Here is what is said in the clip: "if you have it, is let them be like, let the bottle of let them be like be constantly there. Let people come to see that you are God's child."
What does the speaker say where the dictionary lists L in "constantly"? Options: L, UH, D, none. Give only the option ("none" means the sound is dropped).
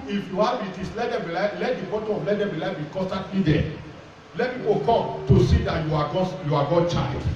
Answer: none